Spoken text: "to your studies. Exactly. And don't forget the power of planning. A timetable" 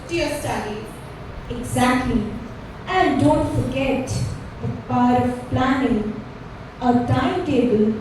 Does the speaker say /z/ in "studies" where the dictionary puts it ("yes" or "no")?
no